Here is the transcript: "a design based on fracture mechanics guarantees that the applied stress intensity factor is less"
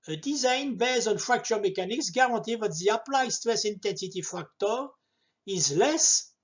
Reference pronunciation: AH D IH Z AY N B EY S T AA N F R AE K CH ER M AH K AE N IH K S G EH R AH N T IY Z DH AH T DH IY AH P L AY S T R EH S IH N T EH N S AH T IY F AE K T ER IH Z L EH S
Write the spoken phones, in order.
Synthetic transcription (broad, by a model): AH D IH Z AY N B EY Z AA N F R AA K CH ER M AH K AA N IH K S G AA R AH T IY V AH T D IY AH P L AY S T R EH S IH N T EH N S AH T IY F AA K T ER IH Z L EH S